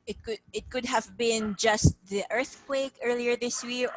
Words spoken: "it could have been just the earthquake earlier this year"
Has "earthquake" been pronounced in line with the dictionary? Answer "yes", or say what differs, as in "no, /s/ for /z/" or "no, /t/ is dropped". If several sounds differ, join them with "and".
yes